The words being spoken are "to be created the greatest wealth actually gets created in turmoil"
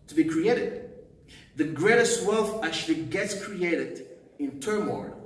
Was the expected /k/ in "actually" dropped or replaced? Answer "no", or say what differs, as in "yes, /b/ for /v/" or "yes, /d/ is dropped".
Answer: yes, /k/ is dropped